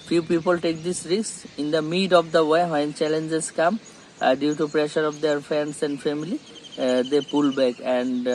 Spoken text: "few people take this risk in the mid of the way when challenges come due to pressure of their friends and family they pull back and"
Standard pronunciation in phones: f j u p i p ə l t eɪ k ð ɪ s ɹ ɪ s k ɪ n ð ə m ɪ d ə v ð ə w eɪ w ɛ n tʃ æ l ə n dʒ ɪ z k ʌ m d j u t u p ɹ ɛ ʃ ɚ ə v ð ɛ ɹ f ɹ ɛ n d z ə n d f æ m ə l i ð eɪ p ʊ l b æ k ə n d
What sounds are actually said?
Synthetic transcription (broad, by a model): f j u p i p ə l t eɪ k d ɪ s ɹ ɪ s ɪ n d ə m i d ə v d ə w eɪ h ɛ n tʃ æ l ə n dʒ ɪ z k ʌ m d j u t u p ɹ ɛ ʃ ɚ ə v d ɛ ɹ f ɹ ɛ n d s ə n d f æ m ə l i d eɪ p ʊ l b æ k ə n d